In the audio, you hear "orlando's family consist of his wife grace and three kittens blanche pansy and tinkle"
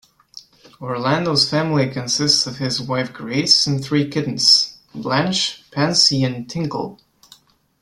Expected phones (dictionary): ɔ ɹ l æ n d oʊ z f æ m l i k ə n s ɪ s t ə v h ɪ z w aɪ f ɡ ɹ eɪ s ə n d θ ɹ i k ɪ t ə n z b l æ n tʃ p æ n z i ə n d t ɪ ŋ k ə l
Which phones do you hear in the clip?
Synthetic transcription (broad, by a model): ɔ ɹ l æ n d oʊ z f æ m l i k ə n s ɪ s t ə v ɪ z w aɪ f ɡ ɹ eɪ s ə n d θ ɹ i k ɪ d n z b l æ n tʃ p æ n s i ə n t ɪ ŋ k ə l